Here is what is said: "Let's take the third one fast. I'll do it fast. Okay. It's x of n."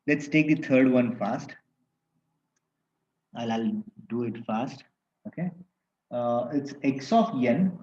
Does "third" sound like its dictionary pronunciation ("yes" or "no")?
no